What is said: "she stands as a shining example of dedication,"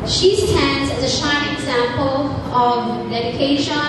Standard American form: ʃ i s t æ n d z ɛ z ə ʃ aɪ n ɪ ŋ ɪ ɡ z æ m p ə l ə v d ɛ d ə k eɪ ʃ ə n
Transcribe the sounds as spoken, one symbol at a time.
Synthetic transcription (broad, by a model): ʃ i s t æ n d z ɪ z ə ʃ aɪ ɪ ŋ ɪ ɡ z æ m p ə l ə v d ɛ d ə k eɪ ʃ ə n